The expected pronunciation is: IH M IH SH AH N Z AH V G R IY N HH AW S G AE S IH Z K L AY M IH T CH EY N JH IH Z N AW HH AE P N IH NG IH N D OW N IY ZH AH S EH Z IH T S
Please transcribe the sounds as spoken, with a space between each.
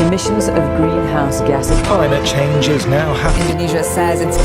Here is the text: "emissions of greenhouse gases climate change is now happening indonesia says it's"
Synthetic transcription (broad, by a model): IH M IH SH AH N Z AH V G R IY N HH AW S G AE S K L AY M IH T CH EY N JH IH Z N AW HH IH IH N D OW N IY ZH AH S EH Z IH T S